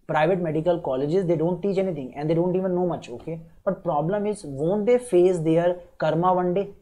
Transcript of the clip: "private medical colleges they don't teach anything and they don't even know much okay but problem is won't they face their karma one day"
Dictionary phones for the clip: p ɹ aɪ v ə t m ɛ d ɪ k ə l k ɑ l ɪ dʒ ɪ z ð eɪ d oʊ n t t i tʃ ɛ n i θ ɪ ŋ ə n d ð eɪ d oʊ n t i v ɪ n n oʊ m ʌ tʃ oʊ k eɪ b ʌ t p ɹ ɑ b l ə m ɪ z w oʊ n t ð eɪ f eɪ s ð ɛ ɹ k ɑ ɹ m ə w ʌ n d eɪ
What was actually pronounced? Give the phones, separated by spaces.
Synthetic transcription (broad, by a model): p ɹ aɪ v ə t m ɛ d ɪ k ə l k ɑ l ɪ dʒ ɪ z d eɪ d oʊ n t t i tʃ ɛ n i t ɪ ŋ ə n d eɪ d oʊ n t i v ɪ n n oʊ m ʌ tʃ oʊ k eɪ b ʌ t p ɹ ɑ b l ə m ɪ z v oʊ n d eɪ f eɪ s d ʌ ɹ k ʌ ɹ m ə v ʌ n d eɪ